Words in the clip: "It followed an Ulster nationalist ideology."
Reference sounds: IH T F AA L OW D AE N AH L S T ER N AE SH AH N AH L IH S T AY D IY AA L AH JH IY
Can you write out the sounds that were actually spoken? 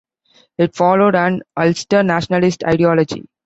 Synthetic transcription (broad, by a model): IH T F AA L OW D AE N AH L S T ER N AE SH AH N AH L IH S T AY D IY AA L AH JH IY